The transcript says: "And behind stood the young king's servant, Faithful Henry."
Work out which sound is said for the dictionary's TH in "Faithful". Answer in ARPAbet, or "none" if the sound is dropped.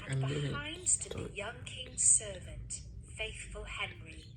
TH